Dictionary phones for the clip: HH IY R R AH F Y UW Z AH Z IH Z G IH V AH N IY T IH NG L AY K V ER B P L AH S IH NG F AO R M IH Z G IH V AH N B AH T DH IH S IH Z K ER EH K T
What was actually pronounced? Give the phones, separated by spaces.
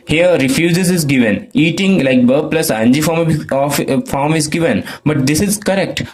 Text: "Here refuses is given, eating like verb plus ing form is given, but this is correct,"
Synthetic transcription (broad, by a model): HH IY R R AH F Y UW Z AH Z IH Z G IH V AH N IY T IH NG L AY K B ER P L AH S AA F F AO R M IH Z G IH V AH N B AH T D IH S IH Z K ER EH K T